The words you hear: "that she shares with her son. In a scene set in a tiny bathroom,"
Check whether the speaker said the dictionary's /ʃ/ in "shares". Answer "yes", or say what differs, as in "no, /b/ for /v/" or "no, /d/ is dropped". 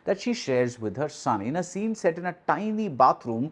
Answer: yes